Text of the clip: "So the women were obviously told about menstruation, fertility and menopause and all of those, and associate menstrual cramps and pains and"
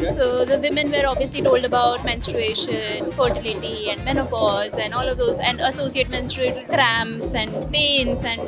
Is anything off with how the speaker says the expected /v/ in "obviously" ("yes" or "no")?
no